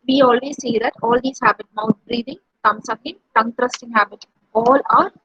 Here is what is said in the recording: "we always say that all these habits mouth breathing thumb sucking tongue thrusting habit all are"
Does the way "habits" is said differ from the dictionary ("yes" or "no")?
yes